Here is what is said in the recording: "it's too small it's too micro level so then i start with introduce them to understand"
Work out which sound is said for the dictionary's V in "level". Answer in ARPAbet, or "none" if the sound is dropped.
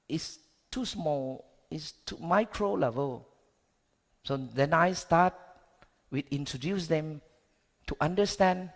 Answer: V